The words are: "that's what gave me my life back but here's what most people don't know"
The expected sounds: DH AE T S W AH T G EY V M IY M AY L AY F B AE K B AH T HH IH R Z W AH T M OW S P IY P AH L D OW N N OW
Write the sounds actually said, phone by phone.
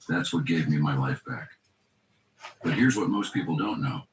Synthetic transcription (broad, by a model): DH AE T S W AH T G EY V M IY M AY L AY F B AE K B AH T HH IH R Z W AH T M OW S P IY P L D OW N N OW